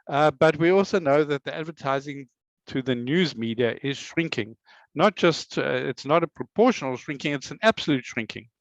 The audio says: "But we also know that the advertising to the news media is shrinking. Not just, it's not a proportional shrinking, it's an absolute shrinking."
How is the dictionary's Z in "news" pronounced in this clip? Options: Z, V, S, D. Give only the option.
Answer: Z